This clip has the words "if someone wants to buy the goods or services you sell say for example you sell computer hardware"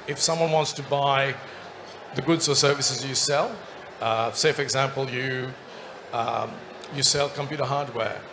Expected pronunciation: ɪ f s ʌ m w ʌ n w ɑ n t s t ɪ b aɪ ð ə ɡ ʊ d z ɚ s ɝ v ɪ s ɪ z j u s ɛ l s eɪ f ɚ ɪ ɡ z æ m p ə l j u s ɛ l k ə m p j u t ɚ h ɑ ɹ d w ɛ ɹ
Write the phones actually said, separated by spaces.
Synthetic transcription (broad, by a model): ɪ f s ʌ m w ʌ n w ɑ n t s t ɪ b aɪ ð ə ɡ ʊ d z ɚ s ɝ v ɪ s ɪ z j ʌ s ɛ l s eɪ f ɚ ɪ ɡ z æ m p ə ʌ j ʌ s ɛ l k ə m p j u t ɚ h ɑ ɹ d w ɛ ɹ